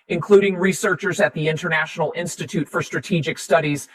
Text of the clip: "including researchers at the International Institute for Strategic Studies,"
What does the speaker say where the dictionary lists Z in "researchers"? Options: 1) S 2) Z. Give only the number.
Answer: 2